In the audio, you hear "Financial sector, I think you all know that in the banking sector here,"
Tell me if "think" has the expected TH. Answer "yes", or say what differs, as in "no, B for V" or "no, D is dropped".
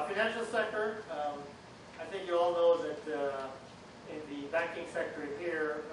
yes